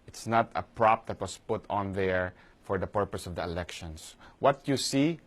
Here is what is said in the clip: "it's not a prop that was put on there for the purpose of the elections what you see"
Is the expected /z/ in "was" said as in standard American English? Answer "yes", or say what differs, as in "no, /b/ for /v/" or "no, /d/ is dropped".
no, /s/ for /z/